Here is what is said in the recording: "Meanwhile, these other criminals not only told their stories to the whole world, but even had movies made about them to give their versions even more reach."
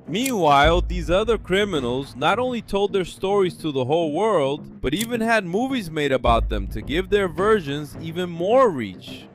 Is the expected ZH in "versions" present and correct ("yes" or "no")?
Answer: yes